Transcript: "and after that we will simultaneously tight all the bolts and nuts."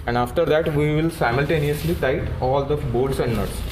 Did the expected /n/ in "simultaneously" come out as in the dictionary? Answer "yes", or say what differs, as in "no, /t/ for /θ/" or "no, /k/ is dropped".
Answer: yes